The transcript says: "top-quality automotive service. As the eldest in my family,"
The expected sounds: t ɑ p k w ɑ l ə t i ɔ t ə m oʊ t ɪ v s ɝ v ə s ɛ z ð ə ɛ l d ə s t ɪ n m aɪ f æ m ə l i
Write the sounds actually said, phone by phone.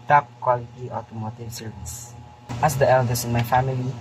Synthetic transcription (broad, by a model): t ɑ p k w ɑ l ə t i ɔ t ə m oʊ t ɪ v s ɝ v ə s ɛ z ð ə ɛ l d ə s ɪ n m aɪ f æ m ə l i